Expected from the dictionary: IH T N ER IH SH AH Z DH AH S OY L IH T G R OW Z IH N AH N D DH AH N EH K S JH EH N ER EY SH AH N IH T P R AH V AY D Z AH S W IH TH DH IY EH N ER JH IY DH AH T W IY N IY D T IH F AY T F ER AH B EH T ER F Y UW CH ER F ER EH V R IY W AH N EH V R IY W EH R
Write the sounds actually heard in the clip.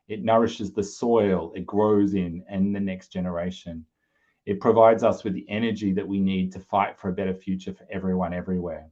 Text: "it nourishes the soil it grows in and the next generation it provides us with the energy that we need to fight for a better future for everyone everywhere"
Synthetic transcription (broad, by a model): IH T N ER IH SH AH Z DH AH S OY L IH T G R OW Z IH N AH N DH AH N EH K S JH EH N ER EY SH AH N IH T P R AH V AY D Z AH S W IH DH IY EH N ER JH IY DH AH T W IY N IY D T IH F AY T F ER AH B EH T ER F Y UW CH ER F ER EH V R IY W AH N EH V R IY W EH R